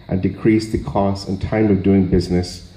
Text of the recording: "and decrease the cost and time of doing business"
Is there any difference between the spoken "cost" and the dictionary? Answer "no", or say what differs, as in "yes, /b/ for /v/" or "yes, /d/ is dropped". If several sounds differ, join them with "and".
yes, /t/ is dropped